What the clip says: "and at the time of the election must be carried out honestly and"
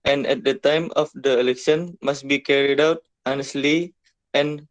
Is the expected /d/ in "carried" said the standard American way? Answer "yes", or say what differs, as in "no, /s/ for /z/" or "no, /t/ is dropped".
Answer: yes